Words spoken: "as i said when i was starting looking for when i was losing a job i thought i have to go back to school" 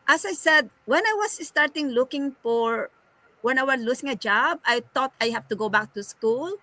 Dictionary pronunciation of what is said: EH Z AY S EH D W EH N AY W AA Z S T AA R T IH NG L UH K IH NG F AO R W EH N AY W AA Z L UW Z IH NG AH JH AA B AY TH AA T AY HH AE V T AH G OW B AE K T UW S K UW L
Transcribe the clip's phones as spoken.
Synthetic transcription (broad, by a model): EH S AY S EH D W EH N AY W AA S S T AA R T IH NG L UH K IH NG F AO R W EH N AY W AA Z L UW S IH NG AH JH AA B AY T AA T AY HH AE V T AH G OW B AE K T UW S K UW L